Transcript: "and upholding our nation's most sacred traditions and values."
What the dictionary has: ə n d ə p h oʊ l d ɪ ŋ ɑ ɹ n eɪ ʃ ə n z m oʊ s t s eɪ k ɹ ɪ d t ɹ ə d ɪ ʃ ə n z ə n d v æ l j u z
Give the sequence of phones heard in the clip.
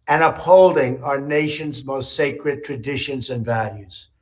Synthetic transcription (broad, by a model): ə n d ə p h oʊ l d ɪ ŋ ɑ ɹ n eɪ ʃ ə n z m oʊ s t s eɪ k ɹ ɪ d t ɹ ə d ɪ ʃ ə n z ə n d v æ l j u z